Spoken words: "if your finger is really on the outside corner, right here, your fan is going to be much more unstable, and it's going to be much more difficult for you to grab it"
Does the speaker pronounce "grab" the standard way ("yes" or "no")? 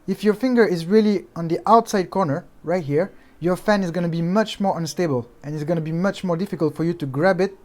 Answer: yes